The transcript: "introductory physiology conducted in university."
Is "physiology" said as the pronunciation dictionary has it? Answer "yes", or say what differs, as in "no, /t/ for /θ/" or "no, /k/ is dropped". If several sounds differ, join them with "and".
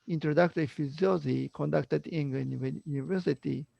no, /z/ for /dʒ/